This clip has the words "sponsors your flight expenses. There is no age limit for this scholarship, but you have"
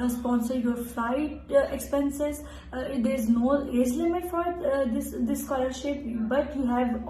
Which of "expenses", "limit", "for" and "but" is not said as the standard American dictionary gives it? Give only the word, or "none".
none